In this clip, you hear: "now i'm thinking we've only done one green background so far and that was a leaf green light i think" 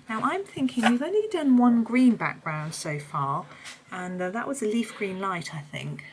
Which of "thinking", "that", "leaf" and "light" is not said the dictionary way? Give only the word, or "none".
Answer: none